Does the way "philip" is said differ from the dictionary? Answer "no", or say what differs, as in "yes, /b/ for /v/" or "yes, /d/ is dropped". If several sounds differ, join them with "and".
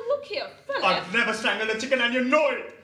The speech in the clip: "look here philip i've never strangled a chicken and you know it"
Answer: yes, /l/ is dropped